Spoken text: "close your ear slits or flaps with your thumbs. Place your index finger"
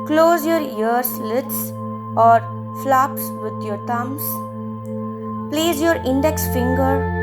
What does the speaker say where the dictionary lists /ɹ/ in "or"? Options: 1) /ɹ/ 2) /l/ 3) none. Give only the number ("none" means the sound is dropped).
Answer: 1